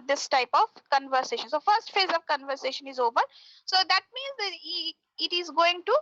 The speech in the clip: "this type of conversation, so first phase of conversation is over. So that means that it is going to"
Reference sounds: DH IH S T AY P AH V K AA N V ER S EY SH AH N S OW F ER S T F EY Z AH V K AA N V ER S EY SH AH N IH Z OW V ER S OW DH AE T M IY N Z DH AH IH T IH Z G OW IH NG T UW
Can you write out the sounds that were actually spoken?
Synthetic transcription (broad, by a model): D IH S T AY P AH V K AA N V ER S EY SH AH N S OW F ER S T F EY Z AH V K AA N V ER S EY SH AH N IH Z OW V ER S OW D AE T M IY N Z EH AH IH T IH Z G OW IH NG T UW